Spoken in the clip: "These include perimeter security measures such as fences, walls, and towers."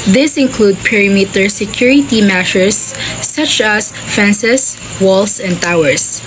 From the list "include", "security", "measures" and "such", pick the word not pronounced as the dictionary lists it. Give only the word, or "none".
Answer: measures